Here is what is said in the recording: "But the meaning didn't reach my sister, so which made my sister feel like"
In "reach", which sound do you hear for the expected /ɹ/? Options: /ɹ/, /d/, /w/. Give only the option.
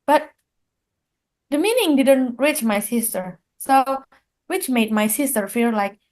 /ɹ/